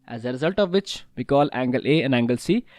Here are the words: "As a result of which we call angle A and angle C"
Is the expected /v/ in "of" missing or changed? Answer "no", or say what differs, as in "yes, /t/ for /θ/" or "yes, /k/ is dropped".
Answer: no